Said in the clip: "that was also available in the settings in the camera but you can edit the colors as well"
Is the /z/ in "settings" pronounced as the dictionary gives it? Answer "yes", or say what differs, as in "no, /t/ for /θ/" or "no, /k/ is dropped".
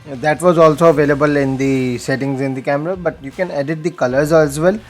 yes